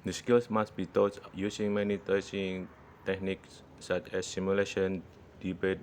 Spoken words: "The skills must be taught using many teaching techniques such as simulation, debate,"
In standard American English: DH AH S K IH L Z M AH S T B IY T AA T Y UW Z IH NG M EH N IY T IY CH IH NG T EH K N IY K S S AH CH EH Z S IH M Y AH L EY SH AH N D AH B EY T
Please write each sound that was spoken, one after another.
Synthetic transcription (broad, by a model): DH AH S K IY L S M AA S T B IY T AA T Y UW S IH NG M EH N IY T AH S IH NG T EH K N IY K S S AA CH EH S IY M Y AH L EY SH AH N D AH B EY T